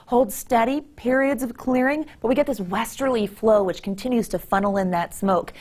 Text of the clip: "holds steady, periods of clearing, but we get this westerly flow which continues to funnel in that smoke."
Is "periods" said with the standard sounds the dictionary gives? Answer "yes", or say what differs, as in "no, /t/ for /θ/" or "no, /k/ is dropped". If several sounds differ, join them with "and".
yes